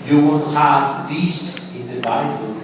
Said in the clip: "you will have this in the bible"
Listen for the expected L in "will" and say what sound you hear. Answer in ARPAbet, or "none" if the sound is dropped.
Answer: N